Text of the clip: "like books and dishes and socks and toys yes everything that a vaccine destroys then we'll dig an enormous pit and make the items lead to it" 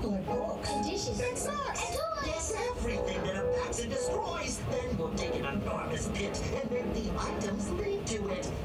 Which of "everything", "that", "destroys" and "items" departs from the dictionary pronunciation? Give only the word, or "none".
none